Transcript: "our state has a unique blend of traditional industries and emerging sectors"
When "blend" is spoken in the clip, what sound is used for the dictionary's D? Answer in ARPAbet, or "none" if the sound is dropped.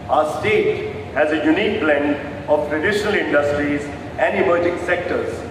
none